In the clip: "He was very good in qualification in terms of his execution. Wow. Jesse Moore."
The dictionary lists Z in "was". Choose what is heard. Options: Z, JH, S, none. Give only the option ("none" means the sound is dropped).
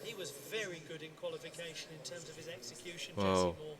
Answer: Z